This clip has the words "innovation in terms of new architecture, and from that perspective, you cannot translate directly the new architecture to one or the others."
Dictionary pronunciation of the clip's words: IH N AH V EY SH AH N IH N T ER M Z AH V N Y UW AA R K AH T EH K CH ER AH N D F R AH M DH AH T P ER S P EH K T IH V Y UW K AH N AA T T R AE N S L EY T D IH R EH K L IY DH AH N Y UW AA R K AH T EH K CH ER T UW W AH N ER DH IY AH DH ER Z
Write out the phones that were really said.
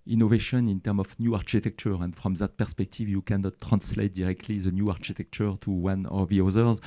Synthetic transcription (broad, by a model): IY N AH V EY SH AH N IH N T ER M AH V N Y UW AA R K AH T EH K CH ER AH N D F R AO M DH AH T P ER S P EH K T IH V Y UW K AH N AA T T R AE N S L EY T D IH R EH K L IY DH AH N Y UW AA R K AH T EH K CH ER T UW W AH N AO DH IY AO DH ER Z